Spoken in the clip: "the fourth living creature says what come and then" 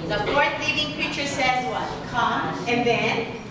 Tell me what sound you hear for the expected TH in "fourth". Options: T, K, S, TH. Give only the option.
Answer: T